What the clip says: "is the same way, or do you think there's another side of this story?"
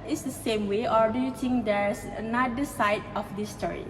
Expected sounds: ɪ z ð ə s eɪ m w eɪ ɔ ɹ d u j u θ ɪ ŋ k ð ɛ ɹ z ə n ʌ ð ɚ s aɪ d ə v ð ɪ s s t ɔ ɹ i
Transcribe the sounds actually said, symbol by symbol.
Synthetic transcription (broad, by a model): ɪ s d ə s eɪ m w eɪ ɔ ɹ d u j u t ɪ ŋ k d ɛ ɹ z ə n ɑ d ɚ s aɪ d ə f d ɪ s s t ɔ ɹ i